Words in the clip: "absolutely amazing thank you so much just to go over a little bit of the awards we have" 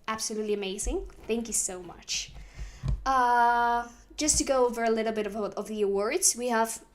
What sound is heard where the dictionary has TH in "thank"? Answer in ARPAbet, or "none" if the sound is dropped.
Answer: TH